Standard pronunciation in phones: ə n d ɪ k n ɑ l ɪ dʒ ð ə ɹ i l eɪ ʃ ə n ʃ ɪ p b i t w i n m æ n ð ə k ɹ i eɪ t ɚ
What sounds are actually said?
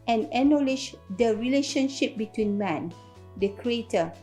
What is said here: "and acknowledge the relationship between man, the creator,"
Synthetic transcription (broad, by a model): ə n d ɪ n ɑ l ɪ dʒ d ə ɹ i l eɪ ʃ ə n ʃ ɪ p b i t w i n m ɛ n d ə k ɹ i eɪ t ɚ